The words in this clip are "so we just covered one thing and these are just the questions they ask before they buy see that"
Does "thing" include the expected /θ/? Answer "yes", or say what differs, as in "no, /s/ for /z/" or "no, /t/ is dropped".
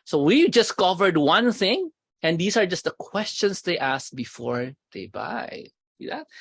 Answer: yes